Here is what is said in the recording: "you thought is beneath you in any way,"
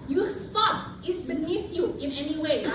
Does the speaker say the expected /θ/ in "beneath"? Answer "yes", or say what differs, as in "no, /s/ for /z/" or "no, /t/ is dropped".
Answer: yes